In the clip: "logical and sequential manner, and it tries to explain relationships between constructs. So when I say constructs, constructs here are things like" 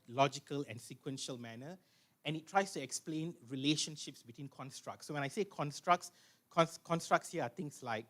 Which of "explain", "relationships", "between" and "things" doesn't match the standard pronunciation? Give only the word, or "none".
things